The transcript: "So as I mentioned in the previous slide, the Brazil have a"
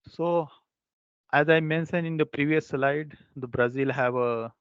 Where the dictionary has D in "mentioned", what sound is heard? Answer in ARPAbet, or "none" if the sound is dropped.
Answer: none